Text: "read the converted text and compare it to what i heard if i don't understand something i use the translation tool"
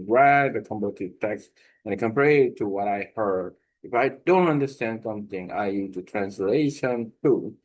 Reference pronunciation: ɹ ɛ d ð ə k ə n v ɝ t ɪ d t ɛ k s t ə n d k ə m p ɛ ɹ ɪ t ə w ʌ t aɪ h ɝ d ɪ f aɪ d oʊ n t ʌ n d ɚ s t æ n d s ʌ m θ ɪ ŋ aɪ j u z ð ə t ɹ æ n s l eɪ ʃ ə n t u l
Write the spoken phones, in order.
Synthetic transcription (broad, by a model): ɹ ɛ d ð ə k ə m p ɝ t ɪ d t ɛ k s t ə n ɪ k ə m p ɛ ɹ ɪ t ə w ʌ t aɪ h ɝ d ɪ f aɪ d oʊ n t ʌ n d ɚ s t æ n d s ʌ m θ ɪ ŋ aɪ j u z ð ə t ɹ æ n s l eɪ ʃ ə n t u